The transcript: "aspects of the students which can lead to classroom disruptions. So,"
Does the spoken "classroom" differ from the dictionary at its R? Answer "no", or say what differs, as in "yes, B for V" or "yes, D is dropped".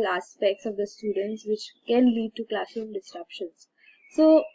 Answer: yes, R is dropped